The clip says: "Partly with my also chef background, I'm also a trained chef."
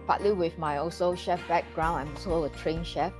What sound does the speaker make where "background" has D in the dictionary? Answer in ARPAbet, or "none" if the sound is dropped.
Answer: none